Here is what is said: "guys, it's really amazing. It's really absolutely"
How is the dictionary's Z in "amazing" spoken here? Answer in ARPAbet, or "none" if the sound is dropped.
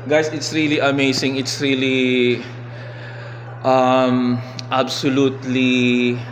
S